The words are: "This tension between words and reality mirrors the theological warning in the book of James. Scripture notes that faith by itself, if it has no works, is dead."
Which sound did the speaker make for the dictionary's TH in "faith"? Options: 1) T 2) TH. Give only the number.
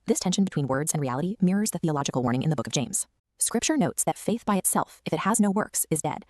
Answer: 2